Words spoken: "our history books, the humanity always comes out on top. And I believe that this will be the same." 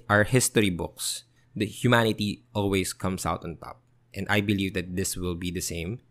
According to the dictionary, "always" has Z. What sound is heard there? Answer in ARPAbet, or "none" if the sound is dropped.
S